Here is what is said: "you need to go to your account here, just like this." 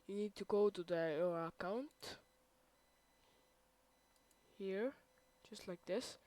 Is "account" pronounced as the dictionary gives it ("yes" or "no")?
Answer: yes